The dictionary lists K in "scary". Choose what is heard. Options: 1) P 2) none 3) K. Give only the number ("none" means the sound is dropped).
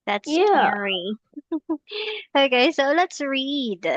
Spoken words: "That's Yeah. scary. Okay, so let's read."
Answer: 2